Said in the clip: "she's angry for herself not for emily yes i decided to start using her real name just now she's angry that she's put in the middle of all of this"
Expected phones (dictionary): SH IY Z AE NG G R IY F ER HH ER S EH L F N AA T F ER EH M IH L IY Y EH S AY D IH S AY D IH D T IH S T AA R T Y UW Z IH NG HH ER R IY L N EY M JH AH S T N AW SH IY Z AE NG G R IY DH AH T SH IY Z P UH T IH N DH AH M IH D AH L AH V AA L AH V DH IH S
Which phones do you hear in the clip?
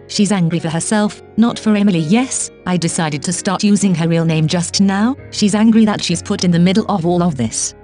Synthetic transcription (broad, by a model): SH IY Z AE NG G R IY F ER HH ER S EH L F N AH T F ER EH M IH L IY Y EH S AY D IH S AY D IH D T IH S T AA R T Y UW Z IH NG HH ER R IY L N EY M JH AH S T N AW SH IY Z AE NG G R IY DH AH T SH IY Z P UH T IH N DH AH M IH D L AH V AA L AH V DH IH S